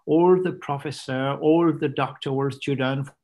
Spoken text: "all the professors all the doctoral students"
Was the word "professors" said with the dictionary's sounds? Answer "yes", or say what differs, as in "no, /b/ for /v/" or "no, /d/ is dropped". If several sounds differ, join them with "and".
no, /z/ is dropped